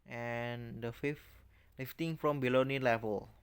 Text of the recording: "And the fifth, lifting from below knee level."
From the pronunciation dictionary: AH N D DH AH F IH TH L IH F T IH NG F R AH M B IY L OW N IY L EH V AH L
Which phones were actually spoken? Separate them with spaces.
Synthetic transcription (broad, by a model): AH N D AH F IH F L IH F T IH NG F R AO M B IY L OW N IY L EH V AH L